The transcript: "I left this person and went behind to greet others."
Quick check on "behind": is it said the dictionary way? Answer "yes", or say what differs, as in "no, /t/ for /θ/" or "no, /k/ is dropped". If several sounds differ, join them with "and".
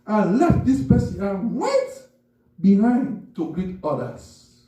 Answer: yes